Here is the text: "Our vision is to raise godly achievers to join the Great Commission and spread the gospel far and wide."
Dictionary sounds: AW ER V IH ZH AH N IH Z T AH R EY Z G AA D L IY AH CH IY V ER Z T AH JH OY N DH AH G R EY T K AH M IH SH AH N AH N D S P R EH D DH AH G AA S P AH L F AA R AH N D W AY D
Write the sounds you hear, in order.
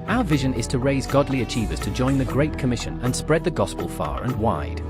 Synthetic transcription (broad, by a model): AW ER V IH ZH AH N IH Z T AH R EY Z G AA D L IY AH CH IY V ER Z T AH JH OY N DH AH G R EY T K AH M IH SH AH N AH N S P R EH D DH AH G AA S P AH L F AA R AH N W AY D